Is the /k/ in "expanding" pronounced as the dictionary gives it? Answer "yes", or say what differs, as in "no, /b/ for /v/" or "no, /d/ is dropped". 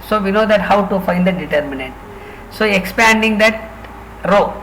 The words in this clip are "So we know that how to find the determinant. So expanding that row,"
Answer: yes